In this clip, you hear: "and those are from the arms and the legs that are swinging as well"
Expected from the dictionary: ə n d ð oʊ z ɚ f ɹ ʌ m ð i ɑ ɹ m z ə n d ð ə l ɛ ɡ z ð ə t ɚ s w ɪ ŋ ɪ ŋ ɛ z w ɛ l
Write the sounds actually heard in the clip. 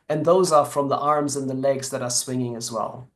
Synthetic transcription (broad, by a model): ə n ð oʊ z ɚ f ɹ ʌ m ð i ɑ ɹ m z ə n ð ə l ɛ ɡ z ð ə t ɚ s w ɪ ŋ ɪ ŋ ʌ z w ɛ l